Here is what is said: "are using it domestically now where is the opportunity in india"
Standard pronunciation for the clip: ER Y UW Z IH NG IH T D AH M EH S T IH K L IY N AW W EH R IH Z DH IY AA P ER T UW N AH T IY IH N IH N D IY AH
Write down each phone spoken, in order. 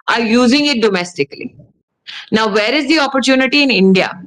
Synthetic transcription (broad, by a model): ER Y UW Z IH NG IH T D AH M EH S T IH K L IY N AW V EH R IH Z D IY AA P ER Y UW N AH T IY IH N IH N D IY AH